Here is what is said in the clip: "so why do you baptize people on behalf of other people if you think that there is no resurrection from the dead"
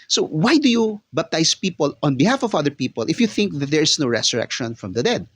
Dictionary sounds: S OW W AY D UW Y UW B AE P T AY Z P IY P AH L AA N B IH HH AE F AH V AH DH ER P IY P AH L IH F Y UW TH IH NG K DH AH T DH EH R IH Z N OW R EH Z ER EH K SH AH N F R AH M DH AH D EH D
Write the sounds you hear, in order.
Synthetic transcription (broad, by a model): S OW W AY D UW Y UW B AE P T AY S P IY P AH L AA N B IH HH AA F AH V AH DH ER P IY P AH L IH F Y UW TH IH NG K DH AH T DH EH R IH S N OW R EH S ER EH K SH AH N F R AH M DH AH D EH D